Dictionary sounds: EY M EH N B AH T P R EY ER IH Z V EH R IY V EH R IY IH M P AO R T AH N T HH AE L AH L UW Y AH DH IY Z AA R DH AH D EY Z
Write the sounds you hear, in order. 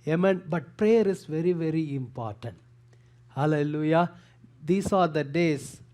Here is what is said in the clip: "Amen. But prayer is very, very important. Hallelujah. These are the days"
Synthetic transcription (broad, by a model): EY M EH N B AH T P R EY ER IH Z V EH R IY V EH R IY IH M P AO R T AH N T HH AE L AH L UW Y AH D IY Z AA R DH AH D EY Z